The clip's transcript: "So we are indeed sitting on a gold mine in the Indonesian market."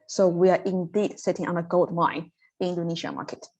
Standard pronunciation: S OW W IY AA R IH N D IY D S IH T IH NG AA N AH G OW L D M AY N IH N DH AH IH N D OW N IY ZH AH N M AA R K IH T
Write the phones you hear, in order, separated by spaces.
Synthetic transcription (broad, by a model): S OW W IY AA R IH N D IY D S IH T IH NG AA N AH G OW L D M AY IH N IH N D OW N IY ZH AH M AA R K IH T